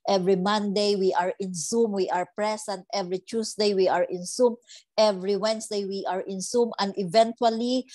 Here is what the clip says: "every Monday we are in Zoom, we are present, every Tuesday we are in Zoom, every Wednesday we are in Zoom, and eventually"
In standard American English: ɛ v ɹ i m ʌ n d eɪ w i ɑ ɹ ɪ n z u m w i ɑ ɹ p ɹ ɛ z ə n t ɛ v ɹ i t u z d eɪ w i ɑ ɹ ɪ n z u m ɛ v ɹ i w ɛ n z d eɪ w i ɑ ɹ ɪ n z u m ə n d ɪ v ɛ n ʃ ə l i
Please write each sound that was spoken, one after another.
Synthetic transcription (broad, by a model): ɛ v ɹ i m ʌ n d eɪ w i ɑ ɹ ɪ n s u m w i ɑ ɹ p ɹ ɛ s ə n t ɛ v ɹ i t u s d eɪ w i ɑ ɹ ɪ n s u m ɛ v ɹ i w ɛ n s d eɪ w i ɑ ɹ ɪ n s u m ə n d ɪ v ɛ n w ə l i